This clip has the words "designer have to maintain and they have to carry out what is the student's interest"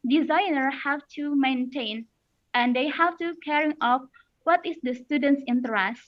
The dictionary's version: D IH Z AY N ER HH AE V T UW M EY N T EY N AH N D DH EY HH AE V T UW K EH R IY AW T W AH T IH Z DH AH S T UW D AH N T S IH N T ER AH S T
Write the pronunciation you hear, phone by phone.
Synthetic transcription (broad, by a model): D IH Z AY N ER HH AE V T UW M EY N T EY N AH N D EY HH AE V T UW K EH R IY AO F W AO T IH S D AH S T UW D AH N T S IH N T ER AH S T